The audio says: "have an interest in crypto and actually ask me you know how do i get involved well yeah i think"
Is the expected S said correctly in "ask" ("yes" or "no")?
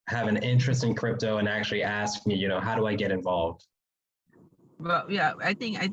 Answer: yes